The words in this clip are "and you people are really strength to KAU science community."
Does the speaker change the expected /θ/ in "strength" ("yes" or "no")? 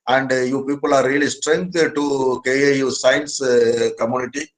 yes